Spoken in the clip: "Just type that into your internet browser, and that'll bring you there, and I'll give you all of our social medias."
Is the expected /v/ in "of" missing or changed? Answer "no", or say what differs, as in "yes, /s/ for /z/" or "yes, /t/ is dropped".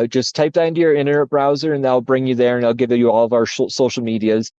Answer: no